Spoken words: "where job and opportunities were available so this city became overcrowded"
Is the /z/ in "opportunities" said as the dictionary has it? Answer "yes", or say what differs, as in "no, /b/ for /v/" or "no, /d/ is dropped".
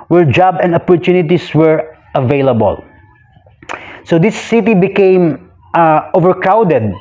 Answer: no, /s/ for /z/